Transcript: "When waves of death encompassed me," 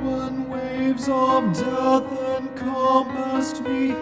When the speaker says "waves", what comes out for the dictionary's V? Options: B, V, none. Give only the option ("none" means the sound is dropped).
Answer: V